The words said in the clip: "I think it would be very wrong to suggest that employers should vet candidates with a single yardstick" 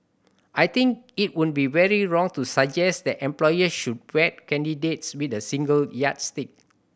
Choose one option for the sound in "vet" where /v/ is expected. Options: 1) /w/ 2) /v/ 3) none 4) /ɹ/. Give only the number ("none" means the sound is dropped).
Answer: 1